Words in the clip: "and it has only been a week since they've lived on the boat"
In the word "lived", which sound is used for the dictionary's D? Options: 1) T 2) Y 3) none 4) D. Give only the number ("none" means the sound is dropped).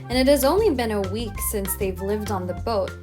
4